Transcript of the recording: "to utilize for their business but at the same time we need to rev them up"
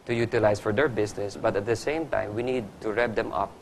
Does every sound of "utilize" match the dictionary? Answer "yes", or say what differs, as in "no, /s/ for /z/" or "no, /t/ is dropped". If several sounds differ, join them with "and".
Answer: no, /s/ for /z/